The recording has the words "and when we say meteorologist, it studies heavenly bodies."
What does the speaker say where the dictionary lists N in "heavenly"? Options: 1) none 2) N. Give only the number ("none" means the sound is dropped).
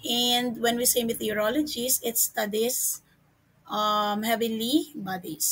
1